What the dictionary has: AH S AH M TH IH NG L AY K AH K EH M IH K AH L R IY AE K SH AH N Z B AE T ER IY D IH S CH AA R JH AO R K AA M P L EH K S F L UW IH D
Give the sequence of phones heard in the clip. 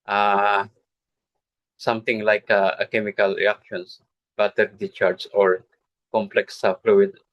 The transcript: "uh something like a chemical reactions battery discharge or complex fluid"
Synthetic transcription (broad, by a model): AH S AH M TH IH NG L AY K AH K EH M IH K AH L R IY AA K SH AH N S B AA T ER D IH CH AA R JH AO R K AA M P L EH K S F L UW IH D